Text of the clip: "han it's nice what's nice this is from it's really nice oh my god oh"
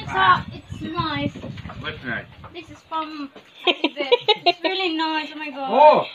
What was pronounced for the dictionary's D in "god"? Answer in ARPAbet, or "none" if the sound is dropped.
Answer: none